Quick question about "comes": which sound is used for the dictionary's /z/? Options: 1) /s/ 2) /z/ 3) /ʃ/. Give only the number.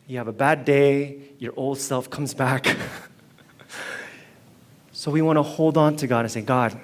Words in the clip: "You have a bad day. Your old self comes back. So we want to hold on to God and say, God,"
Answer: 2